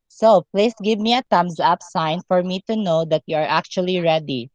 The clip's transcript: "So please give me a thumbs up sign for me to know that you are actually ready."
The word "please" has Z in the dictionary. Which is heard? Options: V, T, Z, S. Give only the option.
S